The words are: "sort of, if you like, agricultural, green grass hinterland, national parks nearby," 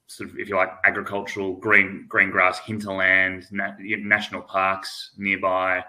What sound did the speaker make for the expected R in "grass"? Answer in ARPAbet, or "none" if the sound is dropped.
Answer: R